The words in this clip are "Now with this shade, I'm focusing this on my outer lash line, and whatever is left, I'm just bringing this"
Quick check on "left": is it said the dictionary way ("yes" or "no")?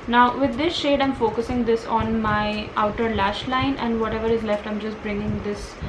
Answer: yes